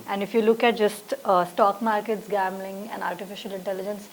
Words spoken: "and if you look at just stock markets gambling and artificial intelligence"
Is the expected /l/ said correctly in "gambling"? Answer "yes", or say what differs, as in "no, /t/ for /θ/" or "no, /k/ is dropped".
yes